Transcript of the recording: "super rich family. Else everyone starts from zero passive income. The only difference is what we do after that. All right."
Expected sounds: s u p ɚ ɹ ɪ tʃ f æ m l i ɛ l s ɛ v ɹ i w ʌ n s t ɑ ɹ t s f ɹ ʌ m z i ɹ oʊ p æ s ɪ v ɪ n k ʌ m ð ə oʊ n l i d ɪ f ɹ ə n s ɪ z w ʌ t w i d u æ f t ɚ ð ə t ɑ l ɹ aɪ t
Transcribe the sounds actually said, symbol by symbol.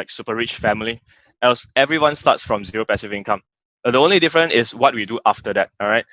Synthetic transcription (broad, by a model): s u p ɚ ɹ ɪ tʃ f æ m l i ɛ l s ɛ v ɹ i w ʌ n s t ɑ t s f ɹ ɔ m z i ɹ oʊ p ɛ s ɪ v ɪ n k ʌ m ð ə oʊ n l i d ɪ f ɹ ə n ɪ s w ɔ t w i d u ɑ f t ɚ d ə t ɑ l ɹ aɪ t